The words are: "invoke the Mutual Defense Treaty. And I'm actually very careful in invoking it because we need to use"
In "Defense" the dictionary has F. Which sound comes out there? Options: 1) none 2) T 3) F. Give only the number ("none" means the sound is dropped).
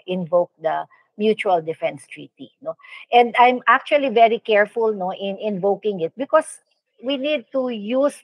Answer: 3